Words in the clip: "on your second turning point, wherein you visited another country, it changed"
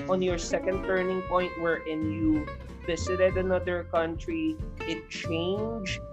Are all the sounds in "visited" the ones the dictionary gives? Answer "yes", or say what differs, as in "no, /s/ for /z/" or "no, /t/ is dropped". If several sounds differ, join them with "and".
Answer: no, /s/ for /z/